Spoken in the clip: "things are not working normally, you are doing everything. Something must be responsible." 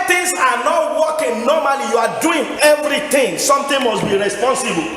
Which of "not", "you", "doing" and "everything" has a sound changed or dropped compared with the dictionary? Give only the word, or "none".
everything